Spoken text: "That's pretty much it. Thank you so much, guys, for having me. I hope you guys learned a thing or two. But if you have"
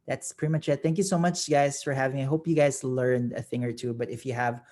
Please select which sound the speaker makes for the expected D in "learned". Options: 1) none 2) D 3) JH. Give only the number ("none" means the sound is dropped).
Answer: 2